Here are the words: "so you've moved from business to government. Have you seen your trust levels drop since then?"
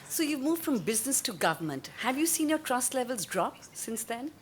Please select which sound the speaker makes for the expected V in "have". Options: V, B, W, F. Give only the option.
V